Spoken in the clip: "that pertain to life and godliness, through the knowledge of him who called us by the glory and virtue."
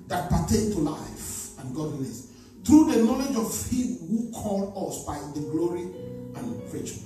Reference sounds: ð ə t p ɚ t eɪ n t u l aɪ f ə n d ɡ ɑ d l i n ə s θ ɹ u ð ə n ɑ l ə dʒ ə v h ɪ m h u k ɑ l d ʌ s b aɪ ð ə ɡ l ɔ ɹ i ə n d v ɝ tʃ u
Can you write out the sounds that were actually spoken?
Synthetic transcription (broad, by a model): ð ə t p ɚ t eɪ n t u l aɪ f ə n ɡ ɑ d l i n ə s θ ɹ u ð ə n ɑ l ə dʒ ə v h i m h u k ɑ l d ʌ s b aɪ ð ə ɡ l ɔ ɹ i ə n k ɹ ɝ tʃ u